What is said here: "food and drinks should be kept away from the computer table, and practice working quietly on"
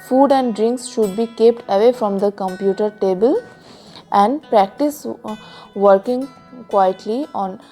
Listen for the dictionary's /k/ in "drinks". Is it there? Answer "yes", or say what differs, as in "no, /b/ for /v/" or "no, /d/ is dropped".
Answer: yes